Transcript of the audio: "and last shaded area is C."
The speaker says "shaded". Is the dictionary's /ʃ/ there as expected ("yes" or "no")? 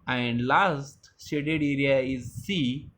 no